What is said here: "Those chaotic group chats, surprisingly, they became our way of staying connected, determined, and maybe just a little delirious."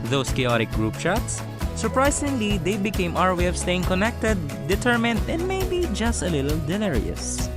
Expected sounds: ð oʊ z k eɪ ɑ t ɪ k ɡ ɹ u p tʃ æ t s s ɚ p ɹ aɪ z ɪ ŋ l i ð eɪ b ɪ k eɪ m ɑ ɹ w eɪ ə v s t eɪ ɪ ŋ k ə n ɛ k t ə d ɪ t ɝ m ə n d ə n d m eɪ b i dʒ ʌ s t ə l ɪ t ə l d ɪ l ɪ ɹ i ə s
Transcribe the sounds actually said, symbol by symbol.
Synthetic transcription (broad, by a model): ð oʊ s k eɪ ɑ t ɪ k ɡ ɹ u p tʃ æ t s s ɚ p ɹ aɪ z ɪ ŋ l i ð eɪ b ɪ k eɪ m ɑ ɹ w eɪ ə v s t eɪ ɪ ŋ k ə n ɛ k t ə d ɪ t ɝ m ə n d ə n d m eɪ b i dʒ ʌ s t ə l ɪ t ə l d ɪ l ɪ ɹ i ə s